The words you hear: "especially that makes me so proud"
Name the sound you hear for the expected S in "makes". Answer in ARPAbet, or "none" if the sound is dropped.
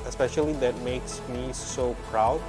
S